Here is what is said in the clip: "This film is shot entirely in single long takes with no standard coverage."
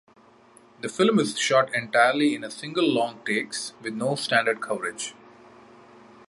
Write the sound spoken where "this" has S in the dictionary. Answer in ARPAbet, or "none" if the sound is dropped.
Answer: none